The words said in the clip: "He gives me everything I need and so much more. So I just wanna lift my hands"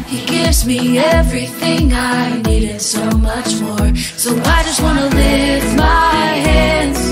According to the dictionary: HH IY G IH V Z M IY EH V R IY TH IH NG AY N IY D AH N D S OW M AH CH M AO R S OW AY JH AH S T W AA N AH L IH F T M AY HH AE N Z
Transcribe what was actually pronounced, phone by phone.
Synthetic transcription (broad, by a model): HH IY G IH V Z M IY EH V R IY TH IH NG AY N IY D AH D S OW M AH CH M AO R S OW AY JH AH S T W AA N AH L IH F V M AY HH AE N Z